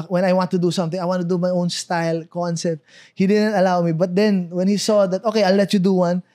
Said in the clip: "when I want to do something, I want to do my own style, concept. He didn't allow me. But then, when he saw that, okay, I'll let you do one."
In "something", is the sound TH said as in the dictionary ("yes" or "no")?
no